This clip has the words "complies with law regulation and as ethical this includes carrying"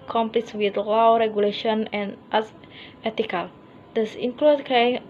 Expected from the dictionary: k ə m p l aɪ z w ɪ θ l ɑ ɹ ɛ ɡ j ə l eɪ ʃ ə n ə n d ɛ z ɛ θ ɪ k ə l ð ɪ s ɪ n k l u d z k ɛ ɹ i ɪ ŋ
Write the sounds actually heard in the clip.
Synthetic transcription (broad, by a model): k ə m p l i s w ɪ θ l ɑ ɹ ɛ ɡ j ə l eɪ ʃ ə n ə n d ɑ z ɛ t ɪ k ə l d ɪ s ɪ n k l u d k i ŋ